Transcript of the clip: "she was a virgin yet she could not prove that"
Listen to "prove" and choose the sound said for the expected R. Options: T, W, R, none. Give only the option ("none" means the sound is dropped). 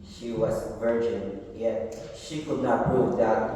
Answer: none